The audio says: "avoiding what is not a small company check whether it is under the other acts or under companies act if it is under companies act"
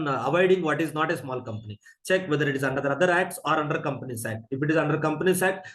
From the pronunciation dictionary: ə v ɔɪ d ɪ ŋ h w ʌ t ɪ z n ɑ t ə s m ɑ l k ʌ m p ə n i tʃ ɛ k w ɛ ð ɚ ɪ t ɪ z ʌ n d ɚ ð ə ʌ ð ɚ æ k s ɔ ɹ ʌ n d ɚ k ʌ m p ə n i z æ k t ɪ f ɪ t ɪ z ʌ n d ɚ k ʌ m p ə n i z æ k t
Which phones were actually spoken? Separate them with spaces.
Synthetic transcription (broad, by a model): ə v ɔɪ d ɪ ŋ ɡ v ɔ t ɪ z n ɑ t ə s m ɑ l k ʌ m p ə n i tʃ ɛ k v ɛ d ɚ ɪ t ɪ z ʌ n d ɚ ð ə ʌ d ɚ æ k s ɔ ɹ ʌ n d ɚ k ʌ m p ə n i s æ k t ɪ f ɪ t ɪ z ʌ n d ɚ k ʌ m p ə n i s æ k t